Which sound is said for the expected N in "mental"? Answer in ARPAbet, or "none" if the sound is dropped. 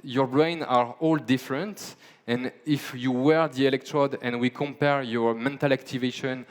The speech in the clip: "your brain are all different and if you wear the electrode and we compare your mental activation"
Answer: N